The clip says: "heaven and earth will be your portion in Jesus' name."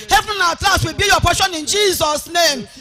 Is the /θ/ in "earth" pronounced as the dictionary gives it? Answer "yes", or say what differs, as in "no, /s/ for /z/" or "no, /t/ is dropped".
no, /s/ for /θ/